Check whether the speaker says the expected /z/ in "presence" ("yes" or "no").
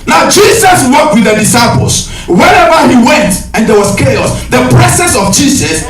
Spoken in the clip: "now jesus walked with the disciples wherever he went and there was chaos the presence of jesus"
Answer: no